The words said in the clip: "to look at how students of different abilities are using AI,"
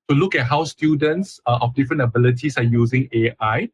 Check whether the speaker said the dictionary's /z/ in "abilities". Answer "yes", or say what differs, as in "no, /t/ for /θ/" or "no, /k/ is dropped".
no, /s/ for /z/